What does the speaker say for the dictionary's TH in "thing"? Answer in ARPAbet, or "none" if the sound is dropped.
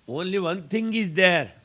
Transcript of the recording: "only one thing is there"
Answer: T